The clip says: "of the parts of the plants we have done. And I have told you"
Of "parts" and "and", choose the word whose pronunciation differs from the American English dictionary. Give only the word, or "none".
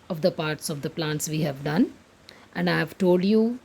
none